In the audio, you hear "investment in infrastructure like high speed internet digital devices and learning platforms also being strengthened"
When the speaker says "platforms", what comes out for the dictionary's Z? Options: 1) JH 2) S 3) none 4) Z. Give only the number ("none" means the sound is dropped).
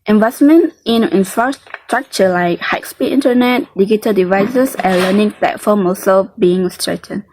3